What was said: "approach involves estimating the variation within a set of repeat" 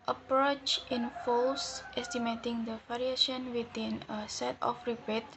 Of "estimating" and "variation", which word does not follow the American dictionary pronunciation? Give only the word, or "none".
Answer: variation